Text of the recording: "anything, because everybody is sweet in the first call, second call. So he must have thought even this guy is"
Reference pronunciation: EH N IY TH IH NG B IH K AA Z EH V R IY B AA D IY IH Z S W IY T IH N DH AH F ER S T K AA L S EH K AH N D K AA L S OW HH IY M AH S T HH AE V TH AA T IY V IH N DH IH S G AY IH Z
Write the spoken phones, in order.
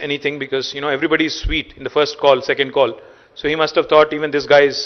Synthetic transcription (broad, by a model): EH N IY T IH NG B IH K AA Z EH V R IY B AA D IY IH Z S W IY T IH N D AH F ER S T K AA L S EH K AH N D K AA L S OW HH IY M AH S T HH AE V T AA T IY V IH N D IH S G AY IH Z